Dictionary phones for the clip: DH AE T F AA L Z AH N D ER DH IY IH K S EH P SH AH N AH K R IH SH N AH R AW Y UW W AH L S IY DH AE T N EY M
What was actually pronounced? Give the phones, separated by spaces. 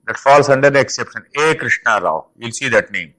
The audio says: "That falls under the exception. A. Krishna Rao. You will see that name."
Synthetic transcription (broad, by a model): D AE T F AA L S AH N D ER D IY IH K S EH P SH AH N AH K R IH SH N AH R AW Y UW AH L S IY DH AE T N EY M